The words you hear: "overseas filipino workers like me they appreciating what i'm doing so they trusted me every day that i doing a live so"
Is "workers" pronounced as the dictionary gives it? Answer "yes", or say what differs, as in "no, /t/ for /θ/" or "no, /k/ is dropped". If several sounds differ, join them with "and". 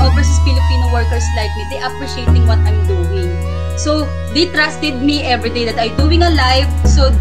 no, /s/ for /z/